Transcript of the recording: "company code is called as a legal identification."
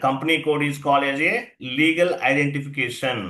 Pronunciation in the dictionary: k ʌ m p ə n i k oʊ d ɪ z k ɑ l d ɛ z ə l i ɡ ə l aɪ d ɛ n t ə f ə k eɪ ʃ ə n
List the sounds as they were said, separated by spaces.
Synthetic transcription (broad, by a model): k ʌ m p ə n i k oʊ d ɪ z k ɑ l ɛ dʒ ə l i ɡ ə l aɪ d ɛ n t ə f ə k eɪ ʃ ə n